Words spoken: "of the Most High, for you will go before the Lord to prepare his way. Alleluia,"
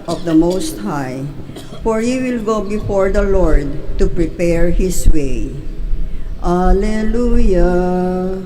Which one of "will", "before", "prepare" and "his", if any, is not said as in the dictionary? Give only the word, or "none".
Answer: his